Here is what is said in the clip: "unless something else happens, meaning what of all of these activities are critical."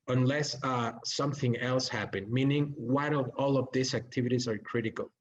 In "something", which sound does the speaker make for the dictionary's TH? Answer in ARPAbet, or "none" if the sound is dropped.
TH